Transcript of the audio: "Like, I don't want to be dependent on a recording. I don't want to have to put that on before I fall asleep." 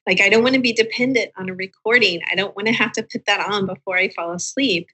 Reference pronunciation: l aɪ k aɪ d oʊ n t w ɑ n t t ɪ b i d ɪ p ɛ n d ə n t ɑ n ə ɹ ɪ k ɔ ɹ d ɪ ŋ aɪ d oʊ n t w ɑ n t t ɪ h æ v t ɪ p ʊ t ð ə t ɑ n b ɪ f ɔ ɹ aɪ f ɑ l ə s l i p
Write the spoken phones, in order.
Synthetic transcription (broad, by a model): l aɪ k aɪ d oʊ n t w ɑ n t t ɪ b i d ɪ p ɛ n d ə n t n ə ɹ ɪ k ɔ ɹ d ɪ ŋ aɪ d oʊ n t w ɑ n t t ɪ h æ f t ɪ p ʊ t ð ə t n b ɪ f ɔ ɹ aɪ f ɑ l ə s l i p